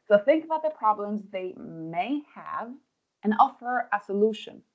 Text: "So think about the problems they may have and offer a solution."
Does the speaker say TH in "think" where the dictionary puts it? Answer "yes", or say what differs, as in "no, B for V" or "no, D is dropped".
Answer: yes